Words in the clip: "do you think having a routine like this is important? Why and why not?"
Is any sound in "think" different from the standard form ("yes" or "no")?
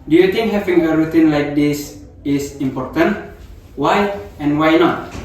yes